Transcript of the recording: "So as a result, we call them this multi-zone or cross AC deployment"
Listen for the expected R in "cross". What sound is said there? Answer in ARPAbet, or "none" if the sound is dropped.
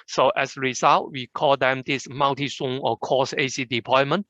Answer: none